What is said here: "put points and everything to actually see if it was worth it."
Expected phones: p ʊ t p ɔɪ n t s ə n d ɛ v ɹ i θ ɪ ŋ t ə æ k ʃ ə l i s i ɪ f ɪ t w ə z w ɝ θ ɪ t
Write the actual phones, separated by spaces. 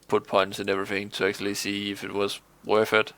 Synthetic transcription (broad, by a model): p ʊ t p ɔɪ n t s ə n ɛ v ɹ i θ ɪ ŋ t ə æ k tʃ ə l i s i ɪ f ɪ t w ə z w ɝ f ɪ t